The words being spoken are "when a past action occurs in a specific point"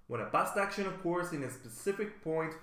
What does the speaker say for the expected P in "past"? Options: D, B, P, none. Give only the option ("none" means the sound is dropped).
B